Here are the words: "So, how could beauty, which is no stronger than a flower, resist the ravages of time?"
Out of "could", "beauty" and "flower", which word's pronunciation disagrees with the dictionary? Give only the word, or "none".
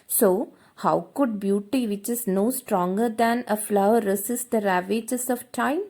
none